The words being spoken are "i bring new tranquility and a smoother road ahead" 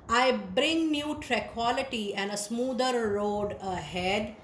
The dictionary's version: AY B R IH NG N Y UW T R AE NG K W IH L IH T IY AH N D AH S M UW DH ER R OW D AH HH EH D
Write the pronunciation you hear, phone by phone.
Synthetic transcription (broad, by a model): AY B R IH NG N Y UW T R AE K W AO L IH T IY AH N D AH S M UW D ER R OW D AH HH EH D